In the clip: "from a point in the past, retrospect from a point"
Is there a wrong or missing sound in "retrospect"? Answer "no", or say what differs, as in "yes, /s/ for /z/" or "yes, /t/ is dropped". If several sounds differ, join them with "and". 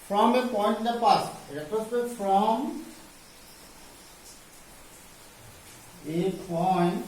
yes, /p/ is dropped and /k/ is dropped